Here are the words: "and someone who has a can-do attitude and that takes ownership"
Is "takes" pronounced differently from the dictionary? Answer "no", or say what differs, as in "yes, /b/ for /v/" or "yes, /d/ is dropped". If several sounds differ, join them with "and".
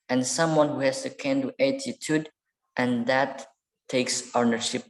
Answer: no